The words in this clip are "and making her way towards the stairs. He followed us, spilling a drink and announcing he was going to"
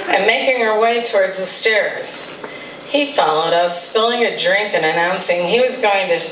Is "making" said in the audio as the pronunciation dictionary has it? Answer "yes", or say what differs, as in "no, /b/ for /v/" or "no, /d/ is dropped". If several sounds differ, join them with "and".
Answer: yes